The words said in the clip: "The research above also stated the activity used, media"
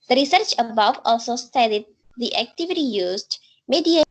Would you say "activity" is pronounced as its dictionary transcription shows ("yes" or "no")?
yes